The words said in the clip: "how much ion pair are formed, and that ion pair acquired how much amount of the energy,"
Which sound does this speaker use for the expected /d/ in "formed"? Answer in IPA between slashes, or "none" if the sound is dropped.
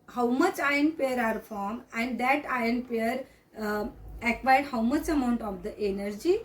none